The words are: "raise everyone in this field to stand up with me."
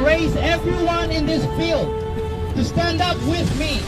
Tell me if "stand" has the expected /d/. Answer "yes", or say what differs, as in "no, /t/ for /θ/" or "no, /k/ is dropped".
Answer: yes